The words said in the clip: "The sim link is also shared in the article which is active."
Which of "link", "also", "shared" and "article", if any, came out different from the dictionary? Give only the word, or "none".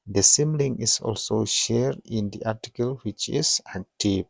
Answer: link